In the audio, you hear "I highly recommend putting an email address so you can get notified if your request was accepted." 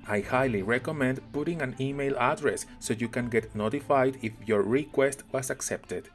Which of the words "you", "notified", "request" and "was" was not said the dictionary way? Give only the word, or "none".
was